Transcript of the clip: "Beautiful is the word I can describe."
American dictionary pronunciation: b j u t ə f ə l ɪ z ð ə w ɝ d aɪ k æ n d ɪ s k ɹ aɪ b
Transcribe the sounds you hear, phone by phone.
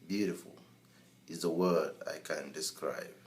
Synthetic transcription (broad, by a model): b j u t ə f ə l ɪ z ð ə w ɝ d aɪ k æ n d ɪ s k ɹ aɪ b